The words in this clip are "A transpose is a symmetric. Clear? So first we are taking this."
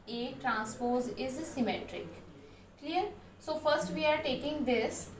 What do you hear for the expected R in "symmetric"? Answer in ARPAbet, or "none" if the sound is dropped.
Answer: R